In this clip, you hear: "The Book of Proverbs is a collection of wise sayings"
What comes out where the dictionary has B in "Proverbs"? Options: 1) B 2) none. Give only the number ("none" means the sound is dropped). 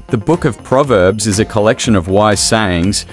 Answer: 1